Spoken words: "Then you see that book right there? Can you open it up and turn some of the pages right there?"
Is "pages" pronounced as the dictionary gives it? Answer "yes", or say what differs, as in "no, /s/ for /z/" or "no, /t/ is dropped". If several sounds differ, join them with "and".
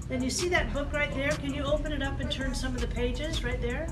yes